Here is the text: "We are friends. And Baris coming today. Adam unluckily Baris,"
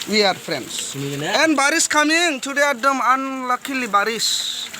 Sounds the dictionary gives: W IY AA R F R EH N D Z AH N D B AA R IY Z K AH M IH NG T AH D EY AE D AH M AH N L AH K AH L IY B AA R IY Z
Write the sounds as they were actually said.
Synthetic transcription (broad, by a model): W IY AA R P R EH N D S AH N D B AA R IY S K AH M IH NG T AH D EY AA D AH M AH N L AH K AH L IY B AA R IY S